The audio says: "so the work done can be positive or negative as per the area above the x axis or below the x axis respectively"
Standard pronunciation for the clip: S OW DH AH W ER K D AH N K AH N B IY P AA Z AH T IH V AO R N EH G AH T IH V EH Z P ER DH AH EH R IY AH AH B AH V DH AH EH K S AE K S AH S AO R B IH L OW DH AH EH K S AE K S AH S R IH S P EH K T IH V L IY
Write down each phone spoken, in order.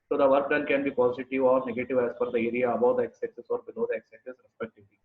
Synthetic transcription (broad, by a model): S OW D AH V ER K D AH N K AH N B IY P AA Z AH T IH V AO R N EH G AH T IH V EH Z F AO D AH EH R IY AH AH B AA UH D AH EH K S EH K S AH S AO R B IH L OW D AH EH K S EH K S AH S R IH S P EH K T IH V L IY